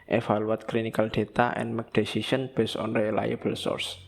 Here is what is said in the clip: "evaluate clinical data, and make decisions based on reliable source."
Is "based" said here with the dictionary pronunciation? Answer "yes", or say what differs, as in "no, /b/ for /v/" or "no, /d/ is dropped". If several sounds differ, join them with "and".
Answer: no, /t/ is dropped